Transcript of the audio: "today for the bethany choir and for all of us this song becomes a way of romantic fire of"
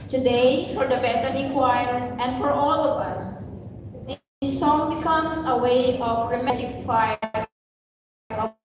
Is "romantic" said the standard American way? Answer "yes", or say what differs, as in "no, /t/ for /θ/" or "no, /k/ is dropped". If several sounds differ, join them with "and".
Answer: no, /n/ is dropped